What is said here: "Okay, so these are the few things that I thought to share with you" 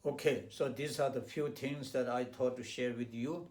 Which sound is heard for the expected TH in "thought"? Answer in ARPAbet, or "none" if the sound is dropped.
T